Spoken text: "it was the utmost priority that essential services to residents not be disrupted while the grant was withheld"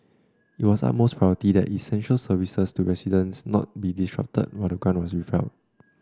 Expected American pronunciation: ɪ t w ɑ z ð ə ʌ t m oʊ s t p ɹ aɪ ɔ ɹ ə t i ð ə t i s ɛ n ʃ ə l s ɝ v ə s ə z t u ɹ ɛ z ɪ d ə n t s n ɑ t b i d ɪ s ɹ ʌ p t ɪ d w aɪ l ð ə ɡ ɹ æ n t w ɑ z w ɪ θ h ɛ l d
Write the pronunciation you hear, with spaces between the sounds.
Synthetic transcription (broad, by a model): ɪ t w ɑ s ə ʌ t m oʊ s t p ɹ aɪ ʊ ə t i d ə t i s ɛ n ʃ ə l s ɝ v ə s ə s t u ɹ ɛ s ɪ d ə n s n ɑ t b i d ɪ s ɹ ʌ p t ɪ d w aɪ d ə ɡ ɑ n w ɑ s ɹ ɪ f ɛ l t